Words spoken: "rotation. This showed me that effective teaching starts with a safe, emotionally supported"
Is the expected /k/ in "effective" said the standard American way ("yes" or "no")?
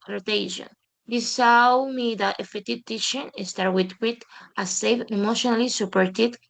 no